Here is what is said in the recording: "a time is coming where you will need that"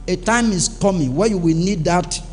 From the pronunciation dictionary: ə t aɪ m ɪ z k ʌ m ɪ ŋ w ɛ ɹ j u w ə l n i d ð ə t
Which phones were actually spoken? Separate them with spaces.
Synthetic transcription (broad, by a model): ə t aɪ m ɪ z k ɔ m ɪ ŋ w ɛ j u w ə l n i d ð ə t